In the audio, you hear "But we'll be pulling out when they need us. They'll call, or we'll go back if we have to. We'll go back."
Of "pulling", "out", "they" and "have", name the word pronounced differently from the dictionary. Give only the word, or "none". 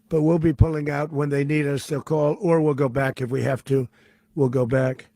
have